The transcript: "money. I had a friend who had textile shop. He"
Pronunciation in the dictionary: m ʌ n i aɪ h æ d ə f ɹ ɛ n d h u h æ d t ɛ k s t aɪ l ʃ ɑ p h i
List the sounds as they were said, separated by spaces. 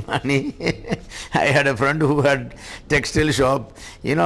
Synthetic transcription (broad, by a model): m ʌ n i aɪ h æ d ə f ɹ ɛ n d h u h æ d t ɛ k s t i l ʃ ɑ p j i